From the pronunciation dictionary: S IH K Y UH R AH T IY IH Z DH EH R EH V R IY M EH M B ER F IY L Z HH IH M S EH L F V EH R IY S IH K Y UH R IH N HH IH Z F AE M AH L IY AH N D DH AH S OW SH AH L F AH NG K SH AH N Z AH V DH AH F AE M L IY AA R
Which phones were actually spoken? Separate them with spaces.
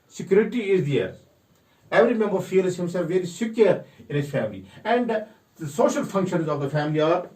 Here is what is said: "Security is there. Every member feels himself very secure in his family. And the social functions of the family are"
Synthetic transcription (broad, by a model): S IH K Y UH R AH T IY IH Z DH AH R EH V R IY M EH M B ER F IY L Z HH IH M S EH L F V EH R IY S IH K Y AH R IH N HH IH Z F AE M AH L IY AH N D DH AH S OW SH AH L F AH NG K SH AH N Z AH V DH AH F AE M L IY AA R